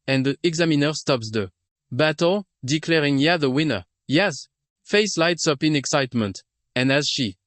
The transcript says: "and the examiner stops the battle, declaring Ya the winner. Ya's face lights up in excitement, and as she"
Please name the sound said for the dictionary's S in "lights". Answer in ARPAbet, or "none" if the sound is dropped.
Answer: S